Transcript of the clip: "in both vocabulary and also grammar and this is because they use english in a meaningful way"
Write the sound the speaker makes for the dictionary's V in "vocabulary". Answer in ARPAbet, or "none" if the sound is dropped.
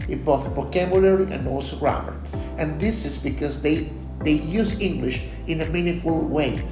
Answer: B